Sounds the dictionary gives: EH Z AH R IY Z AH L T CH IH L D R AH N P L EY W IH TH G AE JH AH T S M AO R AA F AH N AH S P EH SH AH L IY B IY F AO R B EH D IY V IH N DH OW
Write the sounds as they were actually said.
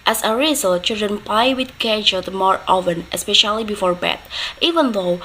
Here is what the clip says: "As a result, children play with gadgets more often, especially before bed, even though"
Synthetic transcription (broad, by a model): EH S AH R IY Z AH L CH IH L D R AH N P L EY W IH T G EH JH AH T M AO R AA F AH N AH S P EH SH AH L IY B IY F AO R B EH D IY V IH N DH OW